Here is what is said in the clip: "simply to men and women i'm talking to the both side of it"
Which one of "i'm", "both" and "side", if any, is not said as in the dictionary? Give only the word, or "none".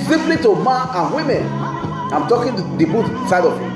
both